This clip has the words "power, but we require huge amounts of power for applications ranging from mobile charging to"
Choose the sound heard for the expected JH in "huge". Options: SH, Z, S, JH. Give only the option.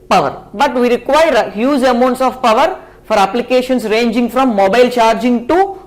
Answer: Z